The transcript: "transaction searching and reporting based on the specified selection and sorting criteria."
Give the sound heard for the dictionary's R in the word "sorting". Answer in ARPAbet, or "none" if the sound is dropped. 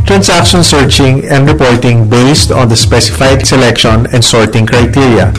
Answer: R